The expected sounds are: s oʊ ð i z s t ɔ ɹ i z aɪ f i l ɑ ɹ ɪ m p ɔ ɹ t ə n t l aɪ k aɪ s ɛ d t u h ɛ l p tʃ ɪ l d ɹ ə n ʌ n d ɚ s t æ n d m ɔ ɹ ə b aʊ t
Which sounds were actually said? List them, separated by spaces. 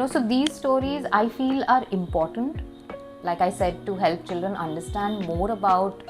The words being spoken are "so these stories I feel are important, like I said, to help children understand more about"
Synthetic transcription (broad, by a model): s oʊ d i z s t ɔ ɹ i z aɪ f i l ɑ ɹ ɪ m p ɔ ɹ t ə n t l aɪ k aɪ s ɛ d t u h ɛ l p tʃ ɪ l d ɹ ə n ʌ n d ɚ s t æ n d m ɔ ɹ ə b aʊ t